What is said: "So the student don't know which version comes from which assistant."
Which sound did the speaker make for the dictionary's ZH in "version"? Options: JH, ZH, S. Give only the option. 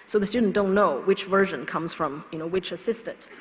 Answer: ZH